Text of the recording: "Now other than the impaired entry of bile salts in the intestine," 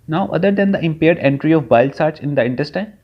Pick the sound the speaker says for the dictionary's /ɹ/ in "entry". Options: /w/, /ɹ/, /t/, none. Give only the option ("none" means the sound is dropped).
/ɹ/